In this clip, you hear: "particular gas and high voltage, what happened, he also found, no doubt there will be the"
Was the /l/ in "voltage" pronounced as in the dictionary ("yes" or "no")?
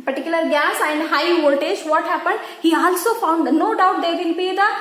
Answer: no